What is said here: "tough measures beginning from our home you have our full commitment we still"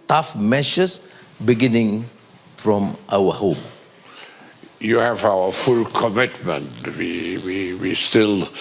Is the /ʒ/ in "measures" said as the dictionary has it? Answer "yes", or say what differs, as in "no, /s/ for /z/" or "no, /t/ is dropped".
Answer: no, /ʃ/ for /ʒ/